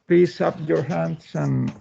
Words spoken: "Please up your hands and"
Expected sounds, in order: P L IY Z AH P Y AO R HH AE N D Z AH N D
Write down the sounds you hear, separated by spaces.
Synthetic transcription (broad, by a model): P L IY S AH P Y AO R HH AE N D S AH N